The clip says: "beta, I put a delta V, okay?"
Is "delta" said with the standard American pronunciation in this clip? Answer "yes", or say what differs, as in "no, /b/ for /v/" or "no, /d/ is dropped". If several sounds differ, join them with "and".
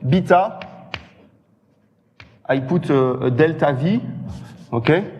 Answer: yes